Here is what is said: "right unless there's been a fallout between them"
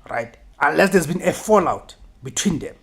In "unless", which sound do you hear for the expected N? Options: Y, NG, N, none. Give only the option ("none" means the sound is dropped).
N